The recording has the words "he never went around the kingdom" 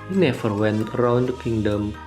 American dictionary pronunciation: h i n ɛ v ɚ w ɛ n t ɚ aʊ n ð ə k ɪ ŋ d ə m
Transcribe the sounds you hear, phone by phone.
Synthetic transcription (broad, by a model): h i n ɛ f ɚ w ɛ n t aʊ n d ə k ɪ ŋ d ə m